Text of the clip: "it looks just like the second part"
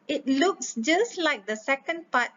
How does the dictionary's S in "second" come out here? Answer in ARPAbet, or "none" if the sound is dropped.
S